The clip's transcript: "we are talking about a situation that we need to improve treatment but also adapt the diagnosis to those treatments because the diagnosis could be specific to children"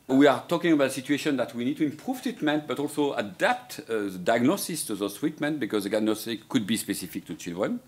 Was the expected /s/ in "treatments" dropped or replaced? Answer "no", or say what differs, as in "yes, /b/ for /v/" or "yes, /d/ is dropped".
yes, /s/ is dropped